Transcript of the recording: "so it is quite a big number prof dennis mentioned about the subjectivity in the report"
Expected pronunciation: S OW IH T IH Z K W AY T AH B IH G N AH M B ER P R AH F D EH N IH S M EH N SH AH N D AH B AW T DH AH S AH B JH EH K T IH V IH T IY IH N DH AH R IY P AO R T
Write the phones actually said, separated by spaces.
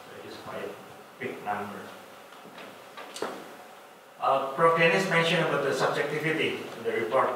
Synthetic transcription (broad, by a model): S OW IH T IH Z K W AY T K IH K N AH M B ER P R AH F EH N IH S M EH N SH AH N AH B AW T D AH S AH B JH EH K T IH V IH T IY IH N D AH R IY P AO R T